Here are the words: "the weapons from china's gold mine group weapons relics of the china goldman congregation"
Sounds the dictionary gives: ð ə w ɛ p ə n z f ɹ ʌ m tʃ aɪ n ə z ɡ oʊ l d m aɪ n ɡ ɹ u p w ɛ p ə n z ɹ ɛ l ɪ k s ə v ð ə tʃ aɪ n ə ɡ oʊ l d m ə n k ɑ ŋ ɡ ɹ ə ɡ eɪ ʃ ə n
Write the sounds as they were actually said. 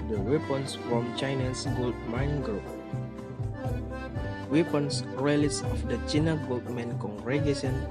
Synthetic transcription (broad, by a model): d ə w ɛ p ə n s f ɹ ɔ m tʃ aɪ n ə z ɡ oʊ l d m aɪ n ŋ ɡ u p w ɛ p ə n s ɹ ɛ l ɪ s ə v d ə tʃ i n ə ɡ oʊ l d m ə n k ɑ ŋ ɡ ɹ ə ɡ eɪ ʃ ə n